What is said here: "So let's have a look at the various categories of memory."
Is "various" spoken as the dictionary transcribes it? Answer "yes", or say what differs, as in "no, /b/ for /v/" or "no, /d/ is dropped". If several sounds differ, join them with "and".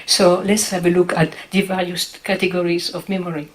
no, /l/ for /ɹ/